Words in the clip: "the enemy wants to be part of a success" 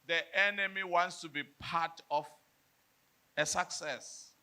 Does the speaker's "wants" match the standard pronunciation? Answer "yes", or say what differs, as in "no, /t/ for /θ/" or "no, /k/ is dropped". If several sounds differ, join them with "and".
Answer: yes